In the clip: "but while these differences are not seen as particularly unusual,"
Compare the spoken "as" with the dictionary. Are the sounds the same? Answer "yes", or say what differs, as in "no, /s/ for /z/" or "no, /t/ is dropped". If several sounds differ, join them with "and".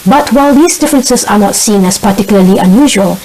no, /s/ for /z/